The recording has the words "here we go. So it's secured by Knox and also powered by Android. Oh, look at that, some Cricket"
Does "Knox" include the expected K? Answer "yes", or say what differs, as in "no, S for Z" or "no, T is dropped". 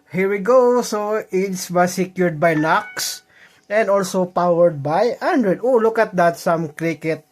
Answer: yes